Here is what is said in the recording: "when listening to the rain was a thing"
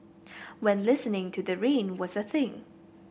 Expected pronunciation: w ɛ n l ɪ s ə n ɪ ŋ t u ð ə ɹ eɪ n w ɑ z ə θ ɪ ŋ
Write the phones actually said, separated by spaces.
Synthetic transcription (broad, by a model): w ɛ n l ɪ s ə n ɪ ŋ t u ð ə ɹ eɪ n w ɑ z ə θ ɪ ŋ